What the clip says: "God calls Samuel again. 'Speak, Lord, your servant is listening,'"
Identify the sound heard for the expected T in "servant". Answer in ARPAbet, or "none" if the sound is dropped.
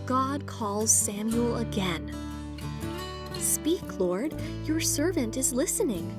T